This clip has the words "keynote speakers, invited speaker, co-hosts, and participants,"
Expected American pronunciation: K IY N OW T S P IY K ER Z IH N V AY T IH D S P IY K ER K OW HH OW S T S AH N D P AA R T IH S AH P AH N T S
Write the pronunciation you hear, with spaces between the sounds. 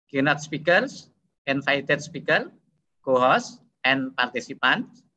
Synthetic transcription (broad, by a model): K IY N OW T S P IY K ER S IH N F AY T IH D S P IY K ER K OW HH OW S S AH N P AA R T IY S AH P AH N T S